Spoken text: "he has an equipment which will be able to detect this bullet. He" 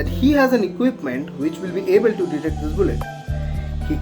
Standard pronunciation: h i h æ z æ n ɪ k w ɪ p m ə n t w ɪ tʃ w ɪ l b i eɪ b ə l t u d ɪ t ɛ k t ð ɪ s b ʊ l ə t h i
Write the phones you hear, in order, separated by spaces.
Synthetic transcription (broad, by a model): h i h æ z æ n ɪ k w ɪ p m ə n t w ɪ tʃ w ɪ l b i eɪ b ə l t u d ɪ t ɛ k t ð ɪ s b ʊ l ə t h i